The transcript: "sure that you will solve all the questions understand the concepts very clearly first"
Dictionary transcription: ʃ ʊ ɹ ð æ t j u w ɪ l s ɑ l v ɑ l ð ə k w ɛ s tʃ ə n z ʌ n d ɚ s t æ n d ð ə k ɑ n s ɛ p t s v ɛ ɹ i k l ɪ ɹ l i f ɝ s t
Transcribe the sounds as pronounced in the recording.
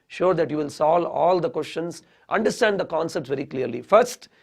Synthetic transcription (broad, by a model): ʃ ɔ ɹ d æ t j u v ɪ l s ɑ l ɑ l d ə k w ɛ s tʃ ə n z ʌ n d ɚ s t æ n d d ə k ɑ n s ɛ p t s v ɛ ɹ i k l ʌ ɹ l i f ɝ s t